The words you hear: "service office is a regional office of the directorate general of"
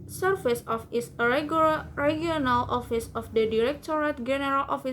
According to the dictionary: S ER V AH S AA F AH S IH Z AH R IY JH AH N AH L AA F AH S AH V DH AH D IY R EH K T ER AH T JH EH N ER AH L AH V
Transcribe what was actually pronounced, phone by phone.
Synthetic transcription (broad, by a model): S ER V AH S AA F AH S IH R AH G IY AH N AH L AA F AH S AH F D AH D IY R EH K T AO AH T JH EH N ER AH L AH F